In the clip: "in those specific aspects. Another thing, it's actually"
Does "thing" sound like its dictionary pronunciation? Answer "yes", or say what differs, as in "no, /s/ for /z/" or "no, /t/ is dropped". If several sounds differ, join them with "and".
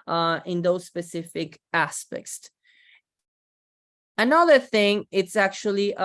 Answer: yes